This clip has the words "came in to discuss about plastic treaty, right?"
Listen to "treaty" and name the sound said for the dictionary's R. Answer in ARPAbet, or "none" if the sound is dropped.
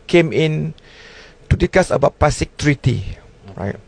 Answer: R